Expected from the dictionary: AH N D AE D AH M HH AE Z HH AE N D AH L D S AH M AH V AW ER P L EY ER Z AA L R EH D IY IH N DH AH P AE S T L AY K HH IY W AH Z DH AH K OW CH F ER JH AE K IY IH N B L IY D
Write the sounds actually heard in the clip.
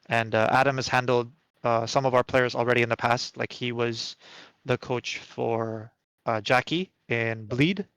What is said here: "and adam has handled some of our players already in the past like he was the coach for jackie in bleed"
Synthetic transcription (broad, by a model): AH N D AE D AH M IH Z HH AE N D L D S AH M AH V AW ER P L EY ER Z L R EH D IY IH N DH AH P AE S T L AY K HH IY W AH Z DH AH K OW CH F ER JH AE K IY IH N B L IY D